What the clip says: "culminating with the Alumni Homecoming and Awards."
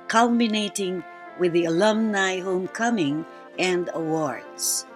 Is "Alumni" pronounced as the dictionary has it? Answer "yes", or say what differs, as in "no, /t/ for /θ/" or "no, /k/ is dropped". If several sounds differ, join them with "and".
yes